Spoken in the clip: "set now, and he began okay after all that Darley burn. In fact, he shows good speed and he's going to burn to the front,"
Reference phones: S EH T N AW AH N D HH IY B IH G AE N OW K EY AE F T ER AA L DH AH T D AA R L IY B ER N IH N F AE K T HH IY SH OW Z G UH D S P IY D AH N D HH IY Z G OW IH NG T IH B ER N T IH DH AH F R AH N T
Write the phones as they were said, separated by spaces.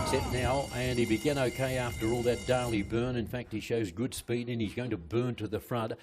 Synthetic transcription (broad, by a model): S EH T N AW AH N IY B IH G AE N OW K EY AE F T ER AA L DH AH T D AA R L IY B ER N IH N F AE K T HH IY SH OW Z G UH D S P IY D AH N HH IY Z G OW IH NG T IH B ER N T IH DH AH F R AH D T